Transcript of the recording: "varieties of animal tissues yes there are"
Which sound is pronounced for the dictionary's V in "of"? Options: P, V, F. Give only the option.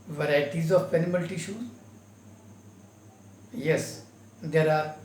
P